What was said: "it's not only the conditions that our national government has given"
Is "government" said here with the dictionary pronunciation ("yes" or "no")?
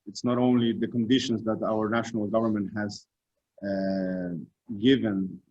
yes